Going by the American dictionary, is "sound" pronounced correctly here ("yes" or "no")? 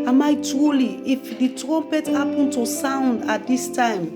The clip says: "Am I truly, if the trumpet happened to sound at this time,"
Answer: yes